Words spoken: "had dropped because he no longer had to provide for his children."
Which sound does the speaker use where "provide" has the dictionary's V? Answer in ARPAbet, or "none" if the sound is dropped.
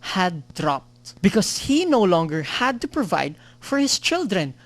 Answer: V